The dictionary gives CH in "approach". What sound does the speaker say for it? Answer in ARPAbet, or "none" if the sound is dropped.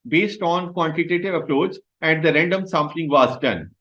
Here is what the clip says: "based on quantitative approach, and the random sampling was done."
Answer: S